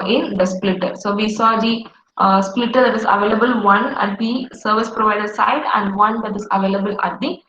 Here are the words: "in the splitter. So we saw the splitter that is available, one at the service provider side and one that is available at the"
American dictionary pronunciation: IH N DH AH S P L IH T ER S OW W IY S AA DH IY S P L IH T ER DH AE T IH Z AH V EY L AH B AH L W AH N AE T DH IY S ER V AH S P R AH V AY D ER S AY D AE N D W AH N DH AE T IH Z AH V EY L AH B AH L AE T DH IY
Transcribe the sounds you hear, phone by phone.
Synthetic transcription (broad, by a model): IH N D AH S P L IH T ER S OW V IY S AA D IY S P L IH T ER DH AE T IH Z AH V EY L AH B AH L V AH N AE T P IY S ER V AH S P R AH V AY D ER S AY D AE N D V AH N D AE T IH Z AH V EY L AH B AH L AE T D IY